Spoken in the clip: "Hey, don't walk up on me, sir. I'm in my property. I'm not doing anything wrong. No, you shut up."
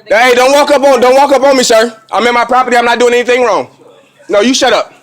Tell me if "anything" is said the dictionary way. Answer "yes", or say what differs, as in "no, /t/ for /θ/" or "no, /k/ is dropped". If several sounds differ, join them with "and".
yes